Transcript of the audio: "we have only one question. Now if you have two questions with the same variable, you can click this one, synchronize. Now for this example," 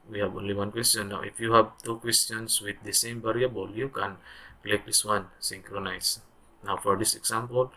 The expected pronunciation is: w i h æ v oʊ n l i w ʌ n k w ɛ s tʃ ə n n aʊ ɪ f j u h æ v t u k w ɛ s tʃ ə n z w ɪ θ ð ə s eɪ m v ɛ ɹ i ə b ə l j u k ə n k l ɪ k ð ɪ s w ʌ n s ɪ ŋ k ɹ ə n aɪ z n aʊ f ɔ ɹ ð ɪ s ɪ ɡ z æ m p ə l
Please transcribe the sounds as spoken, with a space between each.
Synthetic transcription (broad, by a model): w i h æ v oʊ n l i w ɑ n k w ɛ s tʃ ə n n aʊ ɪ f j u h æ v t u k w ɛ s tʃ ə n s w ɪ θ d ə s eɪ m b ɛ ɹ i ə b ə l j u k ə n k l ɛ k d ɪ s w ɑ n s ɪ ŋ k ɹ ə n aɪ s n aʊ f ɔ ɹ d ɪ s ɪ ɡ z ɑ m p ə l